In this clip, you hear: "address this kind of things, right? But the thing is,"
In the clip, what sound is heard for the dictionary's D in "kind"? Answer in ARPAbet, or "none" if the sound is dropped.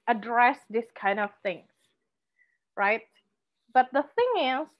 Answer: D